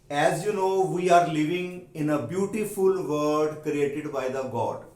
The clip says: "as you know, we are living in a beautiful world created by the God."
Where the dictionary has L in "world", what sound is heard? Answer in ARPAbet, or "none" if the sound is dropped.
none